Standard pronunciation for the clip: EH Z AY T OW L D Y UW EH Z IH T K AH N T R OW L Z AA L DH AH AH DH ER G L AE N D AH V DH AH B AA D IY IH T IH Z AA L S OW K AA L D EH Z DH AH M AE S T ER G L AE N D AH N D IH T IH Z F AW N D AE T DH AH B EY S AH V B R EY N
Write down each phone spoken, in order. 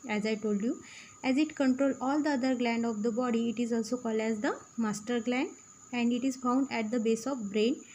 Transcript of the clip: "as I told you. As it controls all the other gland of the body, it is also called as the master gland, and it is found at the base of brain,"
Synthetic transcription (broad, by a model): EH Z AY T OW L D Y UW EH Z IH T K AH N T R OW L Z AA L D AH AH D ER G L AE N D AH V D AH B AA D IY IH T IH Z AA L S OW K AA L D EH Z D AH M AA S T ER G L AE N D AH N D IH T IH Z F AW N D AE T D AH B EY S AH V B R EY N